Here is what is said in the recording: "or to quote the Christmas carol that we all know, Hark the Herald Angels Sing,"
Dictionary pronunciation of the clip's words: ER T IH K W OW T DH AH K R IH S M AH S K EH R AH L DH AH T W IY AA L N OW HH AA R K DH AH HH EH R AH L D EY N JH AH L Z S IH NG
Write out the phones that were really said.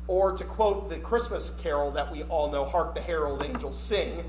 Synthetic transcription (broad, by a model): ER T IH K W OW T DH AH K R IH S M AH S K EH R L DH AH T W IY AA L N OW HH AA R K DH AH HH EH R AH L D EY N JH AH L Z S IH NG